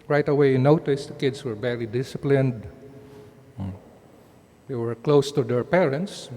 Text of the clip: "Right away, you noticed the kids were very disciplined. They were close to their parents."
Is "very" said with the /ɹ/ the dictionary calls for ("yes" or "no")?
no